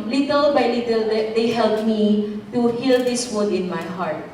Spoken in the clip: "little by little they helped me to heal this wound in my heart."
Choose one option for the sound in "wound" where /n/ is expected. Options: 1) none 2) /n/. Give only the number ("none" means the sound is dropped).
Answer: 1